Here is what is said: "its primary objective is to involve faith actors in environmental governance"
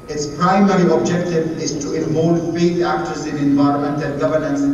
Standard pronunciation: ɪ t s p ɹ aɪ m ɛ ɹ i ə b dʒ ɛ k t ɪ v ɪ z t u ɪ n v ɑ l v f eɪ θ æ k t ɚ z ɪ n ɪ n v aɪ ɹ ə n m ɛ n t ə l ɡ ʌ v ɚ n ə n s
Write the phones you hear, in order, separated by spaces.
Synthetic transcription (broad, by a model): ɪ t s p ɹ aɪ m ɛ ɹ i ə b dʒ ɛ k t ɪ v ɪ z t u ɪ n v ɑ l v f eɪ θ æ k t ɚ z ɪ n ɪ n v aɪ ɹ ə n m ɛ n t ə n ɡ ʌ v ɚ n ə n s